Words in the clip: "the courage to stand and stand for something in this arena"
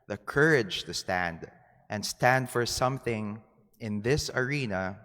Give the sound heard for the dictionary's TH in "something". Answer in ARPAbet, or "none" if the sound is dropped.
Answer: TH